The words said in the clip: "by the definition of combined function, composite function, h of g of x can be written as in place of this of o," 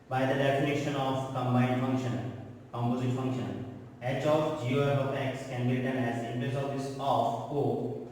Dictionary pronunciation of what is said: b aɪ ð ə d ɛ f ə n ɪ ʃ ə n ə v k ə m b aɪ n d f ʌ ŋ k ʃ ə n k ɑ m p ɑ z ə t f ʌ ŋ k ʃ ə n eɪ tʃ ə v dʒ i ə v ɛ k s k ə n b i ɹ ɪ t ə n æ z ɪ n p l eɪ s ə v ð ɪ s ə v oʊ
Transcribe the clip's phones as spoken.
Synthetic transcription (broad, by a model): b aɪ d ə d ɛ f ə n ɪ ʃ ə n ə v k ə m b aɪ d f ʌ ŋ k ʃ ə n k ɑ m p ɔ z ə t f ʌ ŋ k ʃ ə n eɪ tʃ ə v dʒ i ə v ɛ k s k ə n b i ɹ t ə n æ z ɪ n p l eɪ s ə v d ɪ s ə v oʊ